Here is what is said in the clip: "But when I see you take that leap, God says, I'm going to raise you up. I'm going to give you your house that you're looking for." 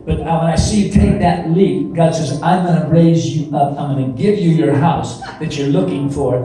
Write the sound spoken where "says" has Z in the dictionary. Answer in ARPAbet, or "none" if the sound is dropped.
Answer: Z